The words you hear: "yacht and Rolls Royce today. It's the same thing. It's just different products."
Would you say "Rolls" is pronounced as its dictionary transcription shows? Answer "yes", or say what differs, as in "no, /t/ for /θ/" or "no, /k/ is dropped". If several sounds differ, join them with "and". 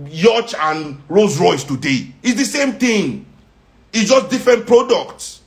no, /l/ is dropped